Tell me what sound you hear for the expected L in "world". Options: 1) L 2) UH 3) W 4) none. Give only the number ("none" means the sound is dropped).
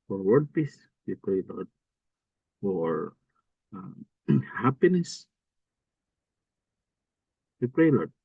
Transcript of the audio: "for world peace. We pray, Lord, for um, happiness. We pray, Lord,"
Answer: 4